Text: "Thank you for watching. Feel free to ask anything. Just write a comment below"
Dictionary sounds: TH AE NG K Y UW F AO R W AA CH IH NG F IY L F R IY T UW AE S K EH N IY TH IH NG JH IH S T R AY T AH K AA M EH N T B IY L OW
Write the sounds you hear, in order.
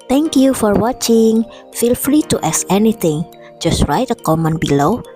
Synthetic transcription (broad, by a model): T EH NG K Y UW F AO R W AA CH IH NG F IY L F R IY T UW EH S EH N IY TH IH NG JH IH S T R AY T AH K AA M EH N B IY L OW